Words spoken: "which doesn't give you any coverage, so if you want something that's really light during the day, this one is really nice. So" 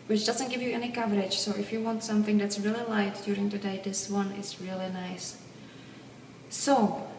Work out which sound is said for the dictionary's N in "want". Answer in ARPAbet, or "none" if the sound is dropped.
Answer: N